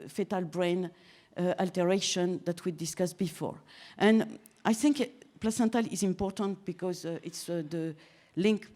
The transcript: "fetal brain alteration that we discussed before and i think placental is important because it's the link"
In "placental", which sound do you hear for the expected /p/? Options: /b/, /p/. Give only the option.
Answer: /p/